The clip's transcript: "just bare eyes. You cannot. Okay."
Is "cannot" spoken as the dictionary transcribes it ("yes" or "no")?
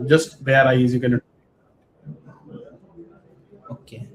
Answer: no